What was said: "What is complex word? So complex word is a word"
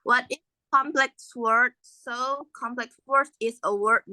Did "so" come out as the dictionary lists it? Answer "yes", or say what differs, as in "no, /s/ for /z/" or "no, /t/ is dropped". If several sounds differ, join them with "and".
yes